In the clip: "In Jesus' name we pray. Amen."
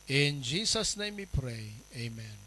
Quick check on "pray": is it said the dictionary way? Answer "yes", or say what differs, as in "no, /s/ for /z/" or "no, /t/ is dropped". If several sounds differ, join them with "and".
yes